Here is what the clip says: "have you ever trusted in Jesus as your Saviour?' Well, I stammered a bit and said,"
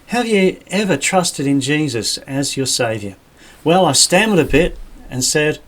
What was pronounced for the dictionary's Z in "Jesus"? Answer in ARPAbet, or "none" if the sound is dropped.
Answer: Z